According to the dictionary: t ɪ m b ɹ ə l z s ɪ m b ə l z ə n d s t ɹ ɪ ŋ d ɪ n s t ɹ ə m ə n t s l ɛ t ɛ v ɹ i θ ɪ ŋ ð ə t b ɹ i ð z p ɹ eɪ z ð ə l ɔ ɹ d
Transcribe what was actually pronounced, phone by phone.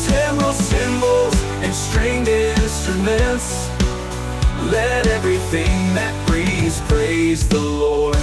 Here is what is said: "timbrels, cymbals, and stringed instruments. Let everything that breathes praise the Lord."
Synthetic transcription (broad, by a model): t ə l s ɪ m b l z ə n s t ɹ ɪ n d ɪ n s t ɹ ə m ə n t s l ɛ t ɛ v ɹ i θ ɪ ŋ ð ə t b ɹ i z p ɹ eɪ z ð ə l ɔ ɹ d